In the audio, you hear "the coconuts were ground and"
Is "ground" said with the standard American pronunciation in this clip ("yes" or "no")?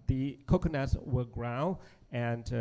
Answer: no